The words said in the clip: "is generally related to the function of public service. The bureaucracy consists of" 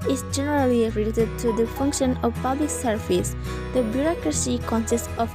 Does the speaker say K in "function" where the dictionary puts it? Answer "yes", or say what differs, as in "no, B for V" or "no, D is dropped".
yes